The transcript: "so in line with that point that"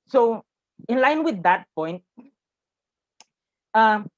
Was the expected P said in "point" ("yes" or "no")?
yes